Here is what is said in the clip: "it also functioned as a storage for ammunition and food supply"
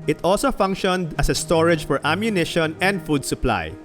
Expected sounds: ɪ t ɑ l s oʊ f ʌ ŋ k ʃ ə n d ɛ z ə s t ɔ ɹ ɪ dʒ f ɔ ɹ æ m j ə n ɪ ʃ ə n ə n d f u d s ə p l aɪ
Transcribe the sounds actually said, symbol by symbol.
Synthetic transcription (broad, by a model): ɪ t ɑ l s oʊ f ʌ ŋ k ʃ ə n d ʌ s ə s t ɔ ɹ ɪ dʒ f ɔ ɹ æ m j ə n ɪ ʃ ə n ə n d f u d s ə p l aɪ